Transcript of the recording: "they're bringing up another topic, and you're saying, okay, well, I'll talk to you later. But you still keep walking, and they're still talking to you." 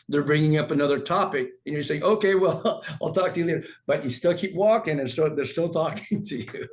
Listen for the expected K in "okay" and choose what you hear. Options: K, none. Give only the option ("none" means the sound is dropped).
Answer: K